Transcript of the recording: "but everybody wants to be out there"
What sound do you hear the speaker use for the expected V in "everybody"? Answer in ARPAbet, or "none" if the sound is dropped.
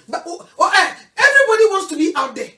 V